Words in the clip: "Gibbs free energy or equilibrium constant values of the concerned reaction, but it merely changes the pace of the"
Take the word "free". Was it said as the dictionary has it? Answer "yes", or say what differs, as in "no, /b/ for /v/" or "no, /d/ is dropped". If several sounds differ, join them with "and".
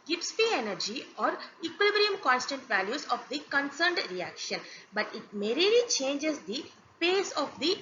no, /ɹ/ is dropped